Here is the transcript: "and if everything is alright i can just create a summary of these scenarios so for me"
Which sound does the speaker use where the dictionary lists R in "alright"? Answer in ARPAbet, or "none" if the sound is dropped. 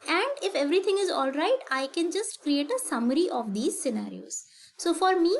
R